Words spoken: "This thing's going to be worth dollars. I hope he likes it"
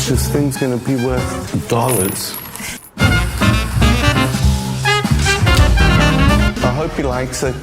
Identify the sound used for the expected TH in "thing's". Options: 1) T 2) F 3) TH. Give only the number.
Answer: 3